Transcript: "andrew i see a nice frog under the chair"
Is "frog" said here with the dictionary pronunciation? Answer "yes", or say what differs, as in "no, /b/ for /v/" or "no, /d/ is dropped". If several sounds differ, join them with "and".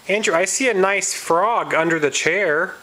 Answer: yes